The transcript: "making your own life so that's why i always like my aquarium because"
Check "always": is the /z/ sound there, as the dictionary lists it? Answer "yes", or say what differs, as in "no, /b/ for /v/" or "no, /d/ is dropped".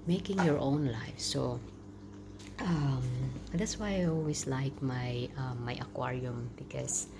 no, /s/ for /z/